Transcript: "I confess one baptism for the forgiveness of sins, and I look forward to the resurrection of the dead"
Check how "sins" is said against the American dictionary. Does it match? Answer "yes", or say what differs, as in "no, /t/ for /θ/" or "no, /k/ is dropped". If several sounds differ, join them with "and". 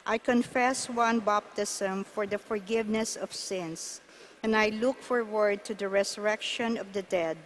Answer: no, /s/ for /z/